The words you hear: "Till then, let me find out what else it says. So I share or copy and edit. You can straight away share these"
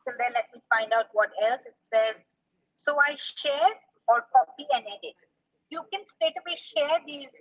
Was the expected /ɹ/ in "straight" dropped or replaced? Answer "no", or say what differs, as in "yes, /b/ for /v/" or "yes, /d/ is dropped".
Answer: yes, /ɹ/ is dropped